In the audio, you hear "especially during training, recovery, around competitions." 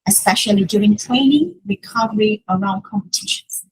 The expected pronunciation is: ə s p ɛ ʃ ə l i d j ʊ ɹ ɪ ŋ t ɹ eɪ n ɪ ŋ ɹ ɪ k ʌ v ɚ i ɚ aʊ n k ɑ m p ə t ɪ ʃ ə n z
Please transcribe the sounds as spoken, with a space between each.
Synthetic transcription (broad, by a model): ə s p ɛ ʃ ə l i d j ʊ ɹ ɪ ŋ t ɹ eɪ n ɪ ŋ ɹ ɪ k ʌ v ɚ i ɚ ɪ l k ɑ m p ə t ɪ ʃ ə n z